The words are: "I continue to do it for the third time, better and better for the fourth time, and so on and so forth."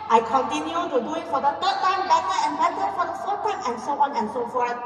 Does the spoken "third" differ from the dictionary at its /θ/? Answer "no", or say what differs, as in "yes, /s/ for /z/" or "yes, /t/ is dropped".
yes, /t/ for /θ/